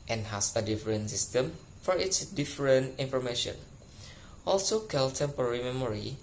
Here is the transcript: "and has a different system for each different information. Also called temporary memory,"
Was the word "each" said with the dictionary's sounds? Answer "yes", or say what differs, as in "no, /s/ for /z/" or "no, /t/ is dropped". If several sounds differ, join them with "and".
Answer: no, /s/ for /tʃ/